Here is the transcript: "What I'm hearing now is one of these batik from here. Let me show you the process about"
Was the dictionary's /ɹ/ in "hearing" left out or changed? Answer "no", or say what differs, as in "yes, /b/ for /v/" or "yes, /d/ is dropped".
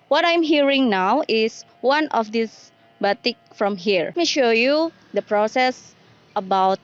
no